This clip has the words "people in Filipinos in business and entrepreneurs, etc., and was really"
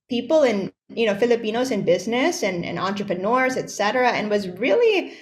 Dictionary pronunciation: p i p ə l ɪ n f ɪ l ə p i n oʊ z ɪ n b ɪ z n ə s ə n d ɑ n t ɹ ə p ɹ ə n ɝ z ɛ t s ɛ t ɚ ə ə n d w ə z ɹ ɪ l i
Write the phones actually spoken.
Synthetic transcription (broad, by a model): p i p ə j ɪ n f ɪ l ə p i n oʊ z ɪ n b ɪ z n ə s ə n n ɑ n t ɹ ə p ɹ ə n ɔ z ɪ t s ɛ t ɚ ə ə n w ə z ɹ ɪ l i